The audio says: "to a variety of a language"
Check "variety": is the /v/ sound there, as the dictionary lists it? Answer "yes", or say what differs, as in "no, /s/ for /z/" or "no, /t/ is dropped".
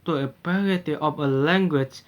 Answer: no, /p/ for /v/